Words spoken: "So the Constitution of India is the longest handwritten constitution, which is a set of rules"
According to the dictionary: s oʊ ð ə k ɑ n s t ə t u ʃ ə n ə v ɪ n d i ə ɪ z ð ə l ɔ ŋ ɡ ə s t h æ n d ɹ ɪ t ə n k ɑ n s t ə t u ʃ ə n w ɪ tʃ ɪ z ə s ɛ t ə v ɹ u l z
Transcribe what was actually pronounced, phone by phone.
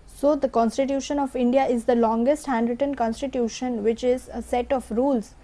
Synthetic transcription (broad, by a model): s oʊ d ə k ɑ n s t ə t u ʃ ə n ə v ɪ n d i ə ɪ z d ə l ɔ ŋ ɡ ə s t h æ n d ɹ ɪ t ə n k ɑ n s t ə t u ʃ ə n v ɪ tʃ ɪ z ə s ɛ t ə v ɹ u l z